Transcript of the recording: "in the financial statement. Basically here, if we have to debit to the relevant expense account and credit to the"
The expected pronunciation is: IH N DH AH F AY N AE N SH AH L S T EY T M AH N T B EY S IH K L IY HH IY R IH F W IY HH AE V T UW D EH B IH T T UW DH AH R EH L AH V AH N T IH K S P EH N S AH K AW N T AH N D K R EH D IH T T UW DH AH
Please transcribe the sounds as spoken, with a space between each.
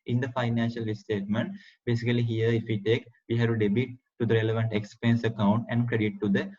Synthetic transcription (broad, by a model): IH N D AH F AY N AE N SH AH L S T EY T M AH N T B EY S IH K L IY HH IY R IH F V IY HH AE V T UW D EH B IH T T UW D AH R EH L AH V AH N T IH K S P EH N S AH K AW N T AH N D K R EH D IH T T UW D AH